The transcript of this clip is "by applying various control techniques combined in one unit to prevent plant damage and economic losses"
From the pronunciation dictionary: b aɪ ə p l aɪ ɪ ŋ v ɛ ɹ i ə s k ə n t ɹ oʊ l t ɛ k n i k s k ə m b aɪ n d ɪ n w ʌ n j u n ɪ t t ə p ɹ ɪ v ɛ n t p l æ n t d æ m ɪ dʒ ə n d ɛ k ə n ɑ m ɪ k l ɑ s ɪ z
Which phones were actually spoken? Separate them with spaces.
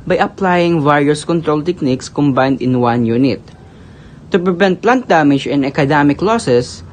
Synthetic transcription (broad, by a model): b aɪ ə p l aɪ ɪ ŋ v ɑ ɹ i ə s k ə n t ɹ oʊ l t ɛ k n i k s k ə m b aɪ n d ɪ n w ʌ n j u n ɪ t t ə p ɹ ɪ v ɛ n t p l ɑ n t d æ m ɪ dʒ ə n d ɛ k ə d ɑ m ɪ k l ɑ s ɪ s